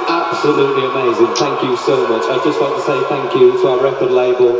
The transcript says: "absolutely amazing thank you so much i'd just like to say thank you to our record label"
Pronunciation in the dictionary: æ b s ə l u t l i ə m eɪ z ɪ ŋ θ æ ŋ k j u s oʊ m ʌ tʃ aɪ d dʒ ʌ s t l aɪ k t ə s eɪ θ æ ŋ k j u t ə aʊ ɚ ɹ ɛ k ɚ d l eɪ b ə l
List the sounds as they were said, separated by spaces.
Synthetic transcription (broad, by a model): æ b s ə l u t l i ə m eɪ z ɪ ŋ θ æ ŋ k j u s oʊ m ʌ tʃ aɪ dʒ ʌ s t w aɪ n t ə s eɪ θ æ ŋ k j u t ə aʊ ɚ ɹ ɛ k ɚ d l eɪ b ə l